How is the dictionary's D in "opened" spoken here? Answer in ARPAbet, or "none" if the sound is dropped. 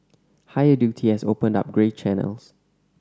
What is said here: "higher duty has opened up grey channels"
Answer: D